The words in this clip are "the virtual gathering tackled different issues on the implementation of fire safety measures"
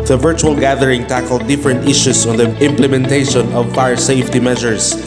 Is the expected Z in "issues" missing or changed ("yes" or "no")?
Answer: yes